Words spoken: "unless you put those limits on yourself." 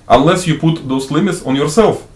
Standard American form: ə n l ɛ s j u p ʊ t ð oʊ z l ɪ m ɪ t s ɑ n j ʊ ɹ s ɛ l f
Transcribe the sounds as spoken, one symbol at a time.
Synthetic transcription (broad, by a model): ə n l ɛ s j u p ʊ t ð oʊ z l ɪ m ɪ t s ɑ n j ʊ ɹ s ɛ l f